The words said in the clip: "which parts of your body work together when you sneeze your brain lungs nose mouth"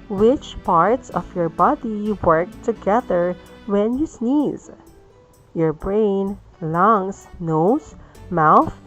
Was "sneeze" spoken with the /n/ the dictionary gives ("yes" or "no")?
yes